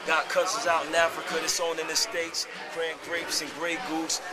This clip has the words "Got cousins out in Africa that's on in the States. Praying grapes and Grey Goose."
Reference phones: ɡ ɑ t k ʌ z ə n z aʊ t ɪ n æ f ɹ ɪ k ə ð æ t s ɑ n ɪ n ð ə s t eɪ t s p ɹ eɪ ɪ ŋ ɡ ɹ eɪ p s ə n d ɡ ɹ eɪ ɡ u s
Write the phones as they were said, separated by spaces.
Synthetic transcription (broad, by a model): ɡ ɑ t k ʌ s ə z aʊ t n æ f ɹ ɪ k ə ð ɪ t s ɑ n ɪ n ð ə s t eɪ t s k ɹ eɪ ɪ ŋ ɡ ɹ eɪ p s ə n ɡ ɹ eɪ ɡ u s